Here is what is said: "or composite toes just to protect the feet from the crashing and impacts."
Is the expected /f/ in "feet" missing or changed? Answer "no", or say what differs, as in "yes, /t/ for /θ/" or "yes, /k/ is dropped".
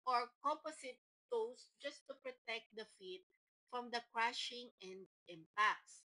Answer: no